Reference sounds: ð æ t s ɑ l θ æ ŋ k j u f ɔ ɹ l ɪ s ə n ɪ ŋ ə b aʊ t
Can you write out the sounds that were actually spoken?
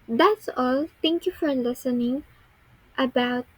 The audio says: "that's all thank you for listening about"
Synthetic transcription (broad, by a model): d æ t s ɑ l t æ ŋ k j u f ɔ ɹ l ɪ s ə n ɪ ŋ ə b aʊ t